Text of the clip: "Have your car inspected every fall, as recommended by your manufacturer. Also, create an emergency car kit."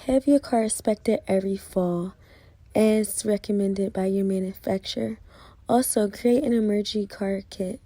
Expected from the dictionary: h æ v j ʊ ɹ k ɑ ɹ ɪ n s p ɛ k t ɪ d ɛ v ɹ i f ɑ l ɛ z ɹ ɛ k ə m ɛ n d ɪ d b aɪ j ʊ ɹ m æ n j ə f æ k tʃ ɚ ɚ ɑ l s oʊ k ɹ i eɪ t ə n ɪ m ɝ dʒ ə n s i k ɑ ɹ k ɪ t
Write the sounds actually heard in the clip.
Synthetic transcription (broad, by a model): h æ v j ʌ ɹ k ɑ ɹ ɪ s p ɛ k t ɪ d ɛ v ɹ i f ɑ l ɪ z ɹ ɛ k ə m ɛ n d ɪ d b aɪ j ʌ ɹ m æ n j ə f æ k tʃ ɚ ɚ ɑ l s oʊ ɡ ɹ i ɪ t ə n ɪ m ɝ dʒ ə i k ɑ ɹ k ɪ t